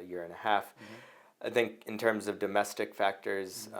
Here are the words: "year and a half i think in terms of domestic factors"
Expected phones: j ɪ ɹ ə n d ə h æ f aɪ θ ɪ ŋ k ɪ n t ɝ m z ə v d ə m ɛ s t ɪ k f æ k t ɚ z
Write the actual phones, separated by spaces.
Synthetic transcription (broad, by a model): j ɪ ɹ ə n ə h æ f aɪ θ ɪ ŋ k ɪ n t ɝ m z ə v d ə m ɛ s t ɪ k f æ k t ɚ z